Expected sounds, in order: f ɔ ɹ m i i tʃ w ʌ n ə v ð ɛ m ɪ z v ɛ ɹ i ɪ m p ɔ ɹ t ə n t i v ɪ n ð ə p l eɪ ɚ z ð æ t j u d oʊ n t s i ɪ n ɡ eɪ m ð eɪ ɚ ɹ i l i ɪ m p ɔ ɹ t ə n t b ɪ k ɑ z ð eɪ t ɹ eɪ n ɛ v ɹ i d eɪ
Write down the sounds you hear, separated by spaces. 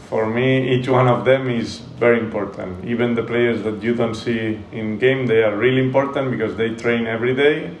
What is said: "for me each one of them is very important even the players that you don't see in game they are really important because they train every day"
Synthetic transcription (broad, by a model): f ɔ ɹ m i i tʃ w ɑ n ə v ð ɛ m ɪ z v ɛ ɹ i ɪ m p ɔ ɹ t ə n t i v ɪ n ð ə p l eɪ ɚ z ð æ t j u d oʊ n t s i ɪ n ɡ eɪ m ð eɪ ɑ ɹ i l i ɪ m p ɔ ɹ t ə n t b ɪ k ɑ z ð eɪ t ɹ eɪ n ɛ v ɹ i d eɪ